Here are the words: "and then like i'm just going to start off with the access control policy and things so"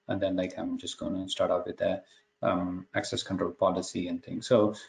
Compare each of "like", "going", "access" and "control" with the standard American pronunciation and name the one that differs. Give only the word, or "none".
none